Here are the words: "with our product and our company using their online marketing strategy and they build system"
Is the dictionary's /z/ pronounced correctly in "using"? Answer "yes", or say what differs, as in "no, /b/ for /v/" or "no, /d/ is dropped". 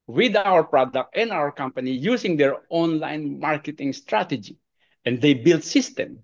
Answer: no, /s/ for /z/